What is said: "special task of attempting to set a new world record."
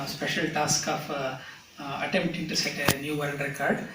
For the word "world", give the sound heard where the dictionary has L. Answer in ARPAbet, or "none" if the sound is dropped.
N